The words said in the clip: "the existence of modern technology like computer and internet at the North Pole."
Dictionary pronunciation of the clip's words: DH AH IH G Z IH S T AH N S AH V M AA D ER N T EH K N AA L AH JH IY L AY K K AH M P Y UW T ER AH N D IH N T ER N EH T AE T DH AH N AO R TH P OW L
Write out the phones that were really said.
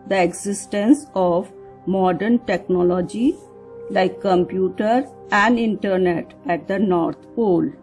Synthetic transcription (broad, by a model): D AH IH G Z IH S T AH N S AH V M AA D ER N T EH K N AA L AH JH IY L AY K K AH M P Y UW T ER AH N D IH N T ER N EH T AE T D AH N AO R T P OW L